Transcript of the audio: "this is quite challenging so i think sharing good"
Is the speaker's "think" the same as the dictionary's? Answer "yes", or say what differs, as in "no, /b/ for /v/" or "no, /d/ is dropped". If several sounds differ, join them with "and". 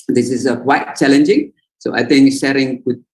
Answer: no, /t/ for /θ/